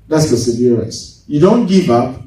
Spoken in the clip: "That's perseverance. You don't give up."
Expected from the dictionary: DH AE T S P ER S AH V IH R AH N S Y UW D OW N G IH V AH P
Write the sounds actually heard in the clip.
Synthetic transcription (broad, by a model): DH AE T S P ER S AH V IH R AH S Y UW D OW N G IH V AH P